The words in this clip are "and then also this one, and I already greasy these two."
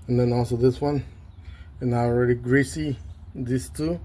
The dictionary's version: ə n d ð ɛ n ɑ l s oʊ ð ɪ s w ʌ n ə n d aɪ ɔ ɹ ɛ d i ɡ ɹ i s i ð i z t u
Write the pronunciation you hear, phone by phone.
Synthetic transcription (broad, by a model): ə n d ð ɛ n ɑ l s oʊ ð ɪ s w ʌ n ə n aɪ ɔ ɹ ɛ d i ɡ ɹ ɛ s i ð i s t u